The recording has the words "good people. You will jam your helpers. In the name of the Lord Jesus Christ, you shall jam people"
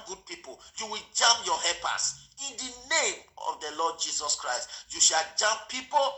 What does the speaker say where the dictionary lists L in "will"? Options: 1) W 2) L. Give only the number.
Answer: 2